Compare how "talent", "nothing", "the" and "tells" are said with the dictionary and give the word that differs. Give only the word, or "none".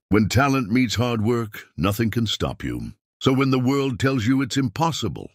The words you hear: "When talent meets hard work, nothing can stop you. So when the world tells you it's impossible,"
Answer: none